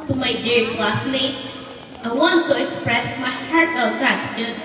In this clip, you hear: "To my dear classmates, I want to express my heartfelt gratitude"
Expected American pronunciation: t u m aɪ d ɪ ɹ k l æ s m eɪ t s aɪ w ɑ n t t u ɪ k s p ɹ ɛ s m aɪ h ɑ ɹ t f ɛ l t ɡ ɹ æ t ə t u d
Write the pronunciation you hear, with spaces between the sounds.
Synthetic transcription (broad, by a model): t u m aɪ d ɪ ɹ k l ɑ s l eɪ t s aɪ w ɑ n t t u ɪ k s p ɹ ɛ s m aɪ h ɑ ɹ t ɛ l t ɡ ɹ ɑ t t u